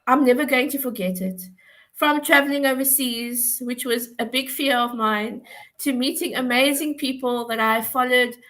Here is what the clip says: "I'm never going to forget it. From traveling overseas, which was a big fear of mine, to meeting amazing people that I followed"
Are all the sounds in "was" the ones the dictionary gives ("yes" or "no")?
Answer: yes